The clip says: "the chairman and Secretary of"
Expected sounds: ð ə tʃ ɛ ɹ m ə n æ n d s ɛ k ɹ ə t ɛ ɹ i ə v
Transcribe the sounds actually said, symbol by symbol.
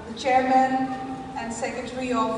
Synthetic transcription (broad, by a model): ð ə tʃ ɛ ɹ m ə n æ n d s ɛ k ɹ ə t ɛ ɹ i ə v